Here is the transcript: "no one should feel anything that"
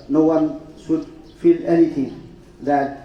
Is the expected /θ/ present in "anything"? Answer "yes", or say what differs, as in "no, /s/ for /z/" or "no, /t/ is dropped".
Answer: no, /t/ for /θ/